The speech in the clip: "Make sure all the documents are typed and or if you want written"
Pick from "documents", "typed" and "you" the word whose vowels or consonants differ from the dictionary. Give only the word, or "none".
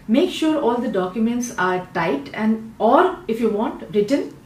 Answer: typed